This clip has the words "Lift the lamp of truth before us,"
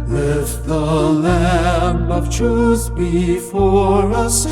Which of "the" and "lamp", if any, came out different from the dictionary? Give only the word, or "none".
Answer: lamp